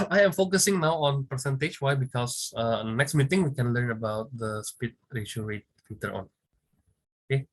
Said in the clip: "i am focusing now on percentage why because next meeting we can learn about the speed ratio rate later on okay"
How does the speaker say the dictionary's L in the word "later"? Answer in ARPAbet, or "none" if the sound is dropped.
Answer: W